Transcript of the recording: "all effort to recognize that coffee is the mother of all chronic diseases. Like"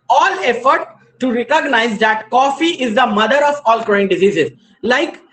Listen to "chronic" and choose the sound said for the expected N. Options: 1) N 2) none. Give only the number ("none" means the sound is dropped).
2